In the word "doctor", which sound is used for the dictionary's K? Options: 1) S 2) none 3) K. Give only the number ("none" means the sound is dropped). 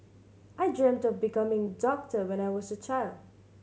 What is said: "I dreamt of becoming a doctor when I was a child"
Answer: 3